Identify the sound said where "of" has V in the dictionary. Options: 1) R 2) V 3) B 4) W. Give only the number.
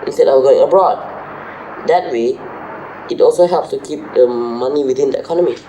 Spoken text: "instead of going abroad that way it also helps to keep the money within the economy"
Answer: 4